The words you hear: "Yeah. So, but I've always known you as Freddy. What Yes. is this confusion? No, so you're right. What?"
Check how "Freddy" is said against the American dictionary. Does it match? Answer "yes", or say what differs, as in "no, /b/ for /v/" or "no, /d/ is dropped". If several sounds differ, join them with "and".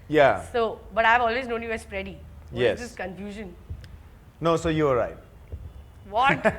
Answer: no, /p/ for /f/